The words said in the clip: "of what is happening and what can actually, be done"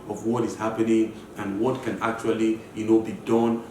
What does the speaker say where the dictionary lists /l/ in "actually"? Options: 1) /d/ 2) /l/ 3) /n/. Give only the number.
3